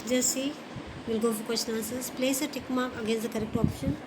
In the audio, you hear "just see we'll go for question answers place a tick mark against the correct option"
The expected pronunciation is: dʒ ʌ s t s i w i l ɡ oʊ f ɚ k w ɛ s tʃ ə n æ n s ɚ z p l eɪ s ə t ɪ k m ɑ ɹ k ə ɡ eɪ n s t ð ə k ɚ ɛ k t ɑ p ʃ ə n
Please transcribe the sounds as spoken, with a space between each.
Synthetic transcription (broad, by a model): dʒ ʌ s s i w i l ɡ oʊ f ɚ k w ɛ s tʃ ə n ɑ s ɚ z p l eɪ s ə t ɪ k m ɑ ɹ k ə ɡ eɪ n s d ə k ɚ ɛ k t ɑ p ʃ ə n